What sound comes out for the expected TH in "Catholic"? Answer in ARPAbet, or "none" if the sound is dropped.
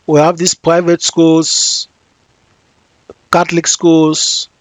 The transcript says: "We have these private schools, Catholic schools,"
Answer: T